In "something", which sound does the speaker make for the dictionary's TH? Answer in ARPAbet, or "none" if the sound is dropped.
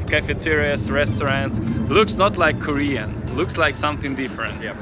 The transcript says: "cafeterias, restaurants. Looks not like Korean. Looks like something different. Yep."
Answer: TH